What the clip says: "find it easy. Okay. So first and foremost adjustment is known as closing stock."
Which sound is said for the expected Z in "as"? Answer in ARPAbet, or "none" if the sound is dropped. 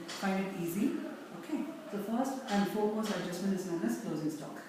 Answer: S